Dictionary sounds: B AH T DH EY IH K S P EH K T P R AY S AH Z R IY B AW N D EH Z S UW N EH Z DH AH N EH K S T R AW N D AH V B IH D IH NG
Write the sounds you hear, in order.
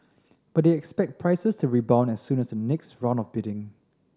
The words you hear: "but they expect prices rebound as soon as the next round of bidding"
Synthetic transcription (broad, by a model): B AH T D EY IH K S P EH K T P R AY S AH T R IY B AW N EH S UW N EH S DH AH N EH K S T R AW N AH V B IH D IH NG